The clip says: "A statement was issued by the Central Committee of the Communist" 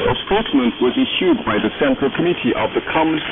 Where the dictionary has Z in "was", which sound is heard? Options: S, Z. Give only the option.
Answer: Z